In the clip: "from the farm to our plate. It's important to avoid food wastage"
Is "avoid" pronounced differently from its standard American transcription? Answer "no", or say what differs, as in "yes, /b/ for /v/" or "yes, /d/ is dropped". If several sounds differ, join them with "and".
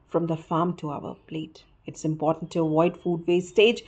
yes, /v/ is dropped